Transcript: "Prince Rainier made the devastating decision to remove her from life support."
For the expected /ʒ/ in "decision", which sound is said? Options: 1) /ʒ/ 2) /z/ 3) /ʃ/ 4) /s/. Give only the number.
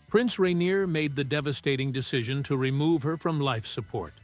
1